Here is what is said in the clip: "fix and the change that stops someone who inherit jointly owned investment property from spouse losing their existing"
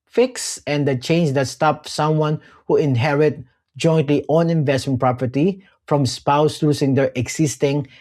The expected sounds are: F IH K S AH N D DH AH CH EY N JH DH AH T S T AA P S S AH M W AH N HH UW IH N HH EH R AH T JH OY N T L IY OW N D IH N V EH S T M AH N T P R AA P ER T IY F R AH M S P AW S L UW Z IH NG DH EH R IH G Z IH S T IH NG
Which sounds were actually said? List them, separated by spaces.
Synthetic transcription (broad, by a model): F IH K S AH N D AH CH EY N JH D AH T S T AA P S S AH M W AH N HH UW IH N HH EH R AH T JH OY N T L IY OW N IH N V EH S T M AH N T P R AA P ER T IY F R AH M S P AW S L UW S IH NG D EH R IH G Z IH S T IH NG